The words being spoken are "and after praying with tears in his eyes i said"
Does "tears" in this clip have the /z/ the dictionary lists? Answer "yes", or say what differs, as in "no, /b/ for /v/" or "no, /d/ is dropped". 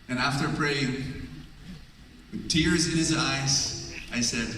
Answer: yes